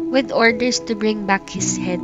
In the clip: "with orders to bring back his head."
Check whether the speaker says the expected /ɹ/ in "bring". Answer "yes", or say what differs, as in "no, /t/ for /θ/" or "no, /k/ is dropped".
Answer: yes